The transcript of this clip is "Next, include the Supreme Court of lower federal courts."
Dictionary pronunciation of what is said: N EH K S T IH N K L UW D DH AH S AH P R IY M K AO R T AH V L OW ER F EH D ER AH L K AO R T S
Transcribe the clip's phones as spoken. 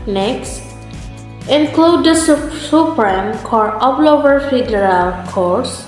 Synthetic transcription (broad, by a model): N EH K S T IH N K L UW D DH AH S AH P R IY M K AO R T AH P L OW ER F EH D ER AH L K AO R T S